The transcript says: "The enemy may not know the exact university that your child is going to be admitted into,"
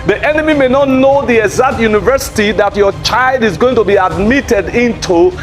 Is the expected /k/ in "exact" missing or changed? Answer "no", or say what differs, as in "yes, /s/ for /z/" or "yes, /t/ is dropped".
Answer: yes, /k/ is dropped